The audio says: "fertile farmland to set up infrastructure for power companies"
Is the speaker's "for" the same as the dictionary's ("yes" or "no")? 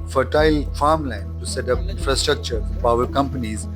no